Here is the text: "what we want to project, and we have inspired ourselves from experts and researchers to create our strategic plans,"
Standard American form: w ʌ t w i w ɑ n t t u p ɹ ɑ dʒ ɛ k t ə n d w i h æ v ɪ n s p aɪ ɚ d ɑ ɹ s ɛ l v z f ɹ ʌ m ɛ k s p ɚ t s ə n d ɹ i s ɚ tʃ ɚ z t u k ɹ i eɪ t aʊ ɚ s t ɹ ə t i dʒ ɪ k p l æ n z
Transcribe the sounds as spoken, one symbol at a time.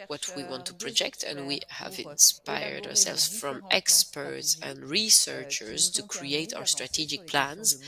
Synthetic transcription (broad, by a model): w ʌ t w i w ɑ n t t u p ɹ ɑ dʒ ɛ k t ə n d w i h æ v ɪ n s p aɪ ɚ d ɑ ɹ s ɛ l v z f ɹ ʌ m ɛ k s p ɚ t s ə n d ɹ i s ɚ tʃ ɚ z t u k ɹ i eɪ t aʊ ɚ s t ɹ ə t i dʒ ɪ k p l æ n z